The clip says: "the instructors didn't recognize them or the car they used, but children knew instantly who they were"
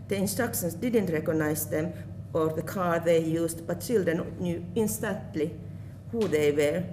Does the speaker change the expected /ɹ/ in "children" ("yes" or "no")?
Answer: yes